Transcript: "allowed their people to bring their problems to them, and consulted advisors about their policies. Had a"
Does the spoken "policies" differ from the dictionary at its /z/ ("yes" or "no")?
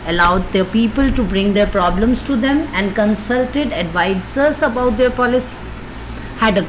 yes